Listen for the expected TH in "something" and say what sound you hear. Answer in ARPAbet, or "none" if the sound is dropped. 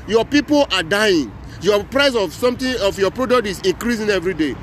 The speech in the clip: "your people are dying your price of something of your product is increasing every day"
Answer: T